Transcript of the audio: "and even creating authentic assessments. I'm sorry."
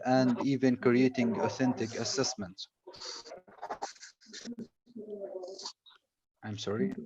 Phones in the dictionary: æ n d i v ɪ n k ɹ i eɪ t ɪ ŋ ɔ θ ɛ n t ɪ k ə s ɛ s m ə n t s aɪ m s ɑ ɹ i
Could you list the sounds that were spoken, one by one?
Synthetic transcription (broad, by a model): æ n d i v ɪ n k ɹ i eɪ t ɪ ŋ ɔ θ ɛ n t ɪ k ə s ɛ s m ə n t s aɪ m s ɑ ɹ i